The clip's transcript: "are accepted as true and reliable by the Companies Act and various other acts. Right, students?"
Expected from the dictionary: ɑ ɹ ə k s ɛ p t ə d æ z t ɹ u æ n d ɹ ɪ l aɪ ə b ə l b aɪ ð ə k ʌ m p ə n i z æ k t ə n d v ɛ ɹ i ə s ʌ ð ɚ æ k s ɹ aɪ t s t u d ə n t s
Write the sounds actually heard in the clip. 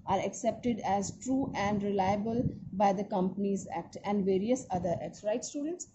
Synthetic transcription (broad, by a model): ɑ ɹ ə k s ɛ p t ə d æ z t ɹ u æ n d ɹ ɪ l aɪ ə b ə l b aɪ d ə k ʌ m p ə n i z æ k t ə n d v ɛ ɹ i ə s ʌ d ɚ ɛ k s ɹ aɪ t s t u d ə n t s